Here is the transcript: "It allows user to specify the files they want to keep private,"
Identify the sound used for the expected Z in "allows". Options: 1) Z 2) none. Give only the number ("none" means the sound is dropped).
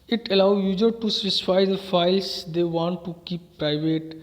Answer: 2